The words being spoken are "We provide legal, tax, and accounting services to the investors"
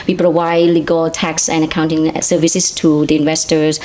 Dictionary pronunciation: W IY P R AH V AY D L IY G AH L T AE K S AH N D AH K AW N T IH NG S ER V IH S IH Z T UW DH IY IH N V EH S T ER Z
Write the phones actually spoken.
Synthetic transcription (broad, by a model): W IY P R AH V AY D L IY G AH L T AE K S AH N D AH K AW N T IH NG S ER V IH S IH S T UW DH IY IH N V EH S T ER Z